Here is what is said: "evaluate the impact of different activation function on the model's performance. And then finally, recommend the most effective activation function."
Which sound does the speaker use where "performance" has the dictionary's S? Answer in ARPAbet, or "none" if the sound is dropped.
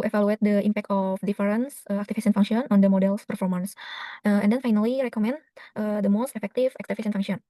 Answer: S